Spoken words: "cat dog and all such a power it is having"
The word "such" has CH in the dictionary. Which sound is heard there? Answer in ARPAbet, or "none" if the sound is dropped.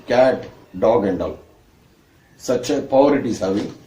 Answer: CH